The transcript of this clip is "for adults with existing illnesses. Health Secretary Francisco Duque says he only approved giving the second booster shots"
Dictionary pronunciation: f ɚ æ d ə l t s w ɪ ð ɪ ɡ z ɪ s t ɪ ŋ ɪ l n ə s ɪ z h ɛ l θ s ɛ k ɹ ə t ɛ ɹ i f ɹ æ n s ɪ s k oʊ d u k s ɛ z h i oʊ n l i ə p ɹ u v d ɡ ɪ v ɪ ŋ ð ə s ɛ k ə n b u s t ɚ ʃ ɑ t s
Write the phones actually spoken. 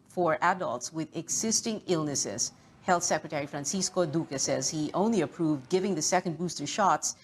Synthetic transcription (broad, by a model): f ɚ æ d ə l t s w ɪ ð ɪ ɡ z ɪ s t ɪ ŋ ɪ l n ə s ɪ z h ɛ l θ s ɛ k ɹ ə t ɛ ɹ i f ɹ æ n s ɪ s k oʊ d u k s ɛ z h i oʊ n l i ə p ɹ u v d ɡ ɪ v ɪ ŋ ð ə s ɛ k ə n b u s t ɚ ʃ ɑ t s